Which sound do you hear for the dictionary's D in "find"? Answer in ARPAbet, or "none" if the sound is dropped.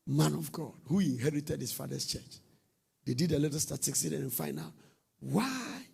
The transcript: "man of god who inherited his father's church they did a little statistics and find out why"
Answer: none